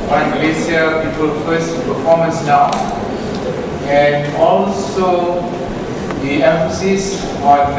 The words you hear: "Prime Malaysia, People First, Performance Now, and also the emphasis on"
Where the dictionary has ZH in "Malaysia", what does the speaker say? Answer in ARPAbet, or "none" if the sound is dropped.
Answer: S